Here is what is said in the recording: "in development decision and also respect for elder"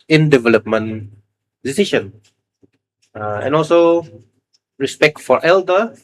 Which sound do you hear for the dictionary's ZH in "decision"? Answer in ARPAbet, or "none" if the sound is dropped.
SH